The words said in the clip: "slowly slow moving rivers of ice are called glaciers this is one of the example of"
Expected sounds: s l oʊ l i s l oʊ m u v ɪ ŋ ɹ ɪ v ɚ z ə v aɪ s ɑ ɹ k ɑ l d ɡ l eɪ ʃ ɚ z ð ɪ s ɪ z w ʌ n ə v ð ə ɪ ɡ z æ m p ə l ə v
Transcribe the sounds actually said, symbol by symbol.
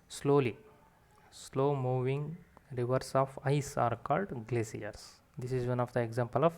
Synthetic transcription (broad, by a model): s l oʊ l i s l oʊ m u v ɪ ŋ ɹ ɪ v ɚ s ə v aɪ s ɑ ɹ k ɑ l d ɡ l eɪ s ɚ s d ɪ s ɪ z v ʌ n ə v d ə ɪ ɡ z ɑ m p ə l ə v